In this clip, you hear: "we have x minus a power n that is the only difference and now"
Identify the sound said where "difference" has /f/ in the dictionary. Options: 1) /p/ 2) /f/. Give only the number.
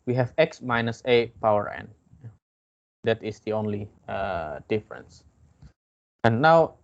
2